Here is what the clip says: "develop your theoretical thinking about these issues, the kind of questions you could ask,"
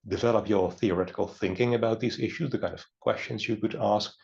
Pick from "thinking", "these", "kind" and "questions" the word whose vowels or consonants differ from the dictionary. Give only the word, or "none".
none